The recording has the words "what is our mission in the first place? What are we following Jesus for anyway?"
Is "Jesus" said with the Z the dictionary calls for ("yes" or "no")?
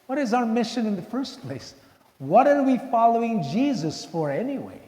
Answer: yes